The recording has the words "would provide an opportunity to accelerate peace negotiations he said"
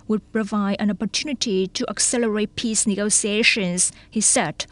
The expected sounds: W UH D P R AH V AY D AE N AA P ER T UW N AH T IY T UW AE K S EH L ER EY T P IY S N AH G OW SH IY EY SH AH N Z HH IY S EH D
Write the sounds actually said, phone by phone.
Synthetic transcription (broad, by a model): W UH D P R AH V AY D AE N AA P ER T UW N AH T IY T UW AE K S EH L ER EY T P IY S N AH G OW S IY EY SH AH N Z HH IY S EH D